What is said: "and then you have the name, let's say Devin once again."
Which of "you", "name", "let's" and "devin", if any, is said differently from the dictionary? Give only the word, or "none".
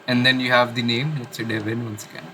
let's